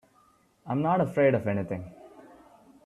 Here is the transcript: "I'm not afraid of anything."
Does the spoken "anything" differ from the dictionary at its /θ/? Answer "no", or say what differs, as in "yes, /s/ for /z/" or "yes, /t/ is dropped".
yes, /t/ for /θ/